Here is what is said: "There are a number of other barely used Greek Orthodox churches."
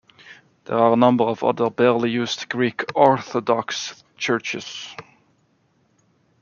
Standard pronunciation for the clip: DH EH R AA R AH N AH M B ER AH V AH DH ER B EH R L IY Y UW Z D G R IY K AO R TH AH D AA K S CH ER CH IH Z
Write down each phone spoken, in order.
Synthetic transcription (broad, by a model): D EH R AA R AH N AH M B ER AH V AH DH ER B EH R L IY Y UW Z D G R IY K AO R TH AH D AA K S CH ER CH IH S